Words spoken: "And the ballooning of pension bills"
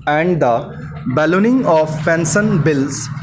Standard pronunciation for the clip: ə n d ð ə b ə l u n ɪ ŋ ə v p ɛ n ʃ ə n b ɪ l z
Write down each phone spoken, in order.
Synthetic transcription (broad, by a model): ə n d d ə b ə l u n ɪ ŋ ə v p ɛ n s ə n b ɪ l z